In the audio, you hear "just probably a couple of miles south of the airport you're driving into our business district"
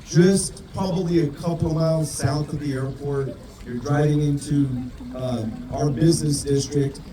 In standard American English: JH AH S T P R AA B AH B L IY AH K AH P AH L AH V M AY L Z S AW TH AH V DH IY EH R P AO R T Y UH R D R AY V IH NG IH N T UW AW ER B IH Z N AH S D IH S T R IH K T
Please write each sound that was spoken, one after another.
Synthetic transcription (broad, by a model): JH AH S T P R AA B AH B L IY AH K AH P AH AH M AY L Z S AW TH AH V DH IY EH R P AO R T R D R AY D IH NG IH N T UW AW ER B IH Z N AH S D IH S T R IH K T